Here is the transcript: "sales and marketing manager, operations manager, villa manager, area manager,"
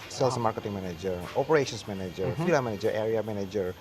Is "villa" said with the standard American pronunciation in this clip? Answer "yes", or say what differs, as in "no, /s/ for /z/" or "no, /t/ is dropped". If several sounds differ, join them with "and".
no, /f/ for /v/